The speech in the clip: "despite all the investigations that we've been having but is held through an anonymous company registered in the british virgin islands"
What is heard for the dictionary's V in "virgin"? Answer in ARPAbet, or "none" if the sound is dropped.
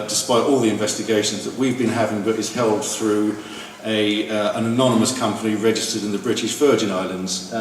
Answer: F